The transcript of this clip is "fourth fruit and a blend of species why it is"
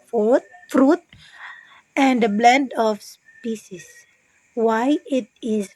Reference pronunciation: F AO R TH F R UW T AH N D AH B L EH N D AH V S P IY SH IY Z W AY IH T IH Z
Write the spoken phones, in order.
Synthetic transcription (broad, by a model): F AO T F R UW T AH N D AH B L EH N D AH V S P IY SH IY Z W AY IH T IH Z